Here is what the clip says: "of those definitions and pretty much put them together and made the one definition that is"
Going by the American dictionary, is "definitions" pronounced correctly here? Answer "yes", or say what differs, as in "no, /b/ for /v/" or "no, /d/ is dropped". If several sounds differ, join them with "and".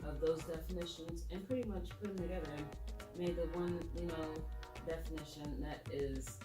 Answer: yes